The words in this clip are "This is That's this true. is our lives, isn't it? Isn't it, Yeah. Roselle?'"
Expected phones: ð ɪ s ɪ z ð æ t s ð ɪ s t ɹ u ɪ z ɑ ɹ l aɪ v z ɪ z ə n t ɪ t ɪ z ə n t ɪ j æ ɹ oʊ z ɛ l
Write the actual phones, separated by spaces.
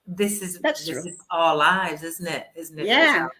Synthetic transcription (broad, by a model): ð ɪ s ɪ z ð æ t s ð ɪ s ɪ z ɑ l l aɪ v z ɪ z n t ɪ t ɪ z n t ɪ j æ